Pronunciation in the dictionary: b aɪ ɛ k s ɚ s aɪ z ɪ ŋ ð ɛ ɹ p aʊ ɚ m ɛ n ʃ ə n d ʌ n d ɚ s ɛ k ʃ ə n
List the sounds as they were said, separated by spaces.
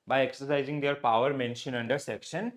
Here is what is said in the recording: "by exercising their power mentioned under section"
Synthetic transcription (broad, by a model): b aɪ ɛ k s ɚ s aɪ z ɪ ŋ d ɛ ɹ p aʊ ɚ m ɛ n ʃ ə n ʌ n d ɚ s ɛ k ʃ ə n